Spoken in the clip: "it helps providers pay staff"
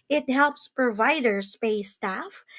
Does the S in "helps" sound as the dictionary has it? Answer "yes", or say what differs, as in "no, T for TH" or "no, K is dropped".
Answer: yes